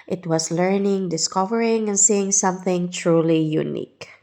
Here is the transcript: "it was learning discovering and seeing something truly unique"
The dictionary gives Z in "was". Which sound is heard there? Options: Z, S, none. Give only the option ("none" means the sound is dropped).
S